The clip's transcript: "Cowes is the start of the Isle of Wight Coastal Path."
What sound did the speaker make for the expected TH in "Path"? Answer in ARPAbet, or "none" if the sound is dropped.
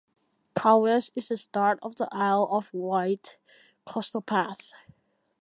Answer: TH